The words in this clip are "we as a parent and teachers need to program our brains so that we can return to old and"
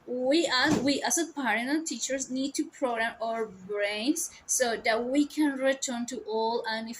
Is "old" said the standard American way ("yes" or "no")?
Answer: no